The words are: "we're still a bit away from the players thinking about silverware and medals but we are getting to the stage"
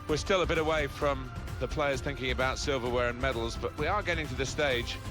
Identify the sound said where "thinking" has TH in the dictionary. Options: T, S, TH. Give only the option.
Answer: TH